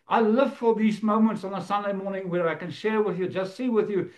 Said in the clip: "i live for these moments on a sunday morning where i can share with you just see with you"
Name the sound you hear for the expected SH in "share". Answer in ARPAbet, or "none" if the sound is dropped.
SH